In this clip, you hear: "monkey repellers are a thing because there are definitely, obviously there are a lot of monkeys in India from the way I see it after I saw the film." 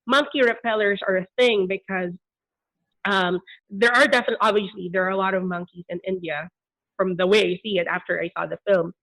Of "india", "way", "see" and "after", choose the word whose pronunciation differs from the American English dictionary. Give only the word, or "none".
none